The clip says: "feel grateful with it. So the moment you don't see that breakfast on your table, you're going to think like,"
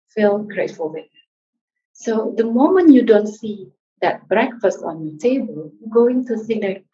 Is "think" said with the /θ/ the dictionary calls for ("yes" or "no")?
no